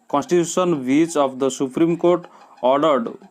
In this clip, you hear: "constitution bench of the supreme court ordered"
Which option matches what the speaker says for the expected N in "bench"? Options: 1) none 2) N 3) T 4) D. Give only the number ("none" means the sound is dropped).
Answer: 1